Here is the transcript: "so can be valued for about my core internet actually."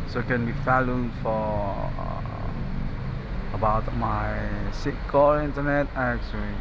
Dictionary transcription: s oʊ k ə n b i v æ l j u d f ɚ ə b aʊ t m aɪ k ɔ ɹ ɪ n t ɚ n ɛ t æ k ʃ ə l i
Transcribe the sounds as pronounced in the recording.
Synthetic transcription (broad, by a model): s oʊ k ə n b i f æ l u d f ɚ ə b aʊ t m aɪ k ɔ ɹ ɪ n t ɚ n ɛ t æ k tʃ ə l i